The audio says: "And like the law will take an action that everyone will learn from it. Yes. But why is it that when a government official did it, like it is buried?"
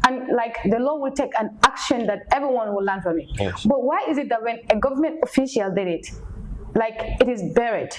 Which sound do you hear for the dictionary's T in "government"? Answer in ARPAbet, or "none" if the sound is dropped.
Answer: T